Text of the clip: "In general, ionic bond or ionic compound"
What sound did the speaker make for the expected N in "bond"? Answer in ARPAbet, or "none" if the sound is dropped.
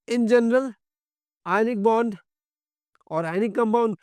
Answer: N